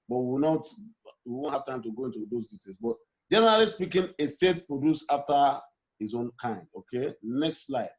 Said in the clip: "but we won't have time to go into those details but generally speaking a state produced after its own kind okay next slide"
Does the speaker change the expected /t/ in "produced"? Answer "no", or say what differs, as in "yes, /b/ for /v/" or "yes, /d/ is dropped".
yes, /t/ is dropped